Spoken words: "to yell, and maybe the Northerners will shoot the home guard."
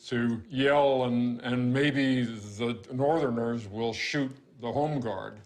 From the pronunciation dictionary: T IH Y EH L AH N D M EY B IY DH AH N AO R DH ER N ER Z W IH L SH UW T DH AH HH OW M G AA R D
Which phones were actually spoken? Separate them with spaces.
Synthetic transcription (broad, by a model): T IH Y EH L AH N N M EY B IY DH AH N AO R DH ER N ER Z W IH L SH UW T DH AH HH OW M G AA R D